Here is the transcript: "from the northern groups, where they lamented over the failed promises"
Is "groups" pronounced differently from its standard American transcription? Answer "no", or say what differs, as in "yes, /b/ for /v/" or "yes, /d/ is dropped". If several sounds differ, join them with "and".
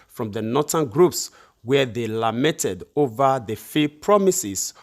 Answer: no